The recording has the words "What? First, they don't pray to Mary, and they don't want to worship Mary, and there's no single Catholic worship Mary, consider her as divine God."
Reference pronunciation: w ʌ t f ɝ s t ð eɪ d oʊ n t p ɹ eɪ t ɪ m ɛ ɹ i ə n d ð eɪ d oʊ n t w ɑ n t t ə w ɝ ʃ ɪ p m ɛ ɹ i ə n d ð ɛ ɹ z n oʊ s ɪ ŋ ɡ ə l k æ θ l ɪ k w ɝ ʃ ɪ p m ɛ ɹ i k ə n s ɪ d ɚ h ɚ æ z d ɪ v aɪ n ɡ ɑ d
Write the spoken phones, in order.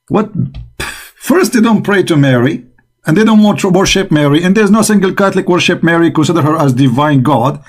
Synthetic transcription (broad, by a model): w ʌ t f ɝ s t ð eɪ d oʊ n t p ɹ eɪ t ɪ m ɛ ɹ i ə n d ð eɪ d oʊ n t w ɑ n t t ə w ɝ ʃ ɪ p m ɛ ɹ i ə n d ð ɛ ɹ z n oʊ s ɪ ŋ ɡ ə l k æ θ l ɪ k w ɝ ʃ ɪ p m ɛ ɹ i k ə n s ɪ d ɚ h ɚ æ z d ɪ v aɪ n ɡ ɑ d